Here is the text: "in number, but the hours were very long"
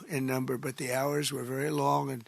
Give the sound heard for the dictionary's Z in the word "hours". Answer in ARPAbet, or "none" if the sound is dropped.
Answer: Z